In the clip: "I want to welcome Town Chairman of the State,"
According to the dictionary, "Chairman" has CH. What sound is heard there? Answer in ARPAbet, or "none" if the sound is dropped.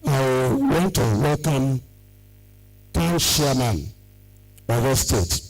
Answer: SH